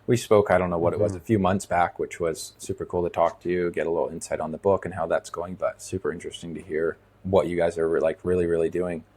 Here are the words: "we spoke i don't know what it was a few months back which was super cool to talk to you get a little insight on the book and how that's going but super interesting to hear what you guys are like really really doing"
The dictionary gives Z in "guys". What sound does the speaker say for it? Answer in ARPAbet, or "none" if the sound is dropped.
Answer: Z